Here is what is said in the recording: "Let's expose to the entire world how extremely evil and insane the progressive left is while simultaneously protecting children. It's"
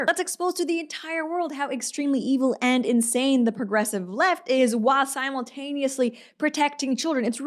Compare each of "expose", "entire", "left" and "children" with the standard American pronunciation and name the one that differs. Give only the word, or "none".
none